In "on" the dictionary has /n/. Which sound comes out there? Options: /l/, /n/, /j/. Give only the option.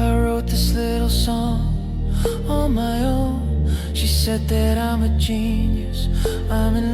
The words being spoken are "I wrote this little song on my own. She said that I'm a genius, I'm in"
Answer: /l/